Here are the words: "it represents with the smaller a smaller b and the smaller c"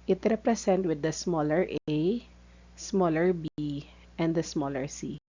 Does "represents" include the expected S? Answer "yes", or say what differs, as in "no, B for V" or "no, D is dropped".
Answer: no, S is dropped